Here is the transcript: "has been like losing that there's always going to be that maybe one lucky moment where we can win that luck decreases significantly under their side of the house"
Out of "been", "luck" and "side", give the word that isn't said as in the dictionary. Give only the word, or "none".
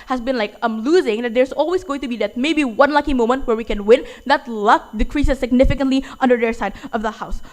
none